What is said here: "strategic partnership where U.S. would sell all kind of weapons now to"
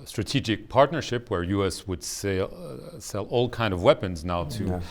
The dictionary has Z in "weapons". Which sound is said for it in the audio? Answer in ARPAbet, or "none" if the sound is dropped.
Z